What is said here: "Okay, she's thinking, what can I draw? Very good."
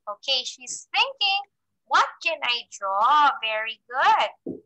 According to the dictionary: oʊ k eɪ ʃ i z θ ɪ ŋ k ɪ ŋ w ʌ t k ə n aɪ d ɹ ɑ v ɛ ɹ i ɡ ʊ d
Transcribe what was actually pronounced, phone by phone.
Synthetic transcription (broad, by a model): oʊ k eɪ ʃ i z θ ɪ ŋ k ɪ ŋ w ʌ t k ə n aɪ d ɹ ɑ v ɛ ɹ i ɡ ʊ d